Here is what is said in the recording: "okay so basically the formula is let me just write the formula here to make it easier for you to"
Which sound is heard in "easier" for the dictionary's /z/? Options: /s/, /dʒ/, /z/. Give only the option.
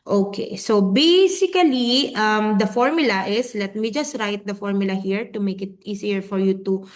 /s/